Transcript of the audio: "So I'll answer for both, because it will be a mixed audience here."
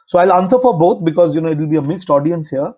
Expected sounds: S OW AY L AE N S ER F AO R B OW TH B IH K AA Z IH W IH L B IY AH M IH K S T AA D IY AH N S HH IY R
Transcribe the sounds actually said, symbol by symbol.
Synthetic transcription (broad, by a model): S OW AY L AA N S ER F AO R B OW T B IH K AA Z IH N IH L B IY AH M IH K S T AA D IY AH N S HH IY R